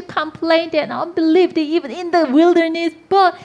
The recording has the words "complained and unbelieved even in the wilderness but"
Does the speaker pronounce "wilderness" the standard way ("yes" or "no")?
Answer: yes